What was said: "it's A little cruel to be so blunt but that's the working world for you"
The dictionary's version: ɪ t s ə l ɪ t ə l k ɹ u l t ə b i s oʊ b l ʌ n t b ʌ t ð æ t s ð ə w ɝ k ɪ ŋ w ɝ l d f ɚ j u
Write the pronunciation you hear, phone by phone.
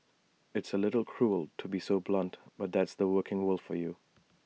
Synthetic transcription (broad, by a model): ɪ t s ə l ɪ t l k ɹ u l t ə b i s oʊ b l ʌ n t b ʌ t ð æ t s ð ə w ɝ k ɪ ŋ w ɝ l f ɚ j u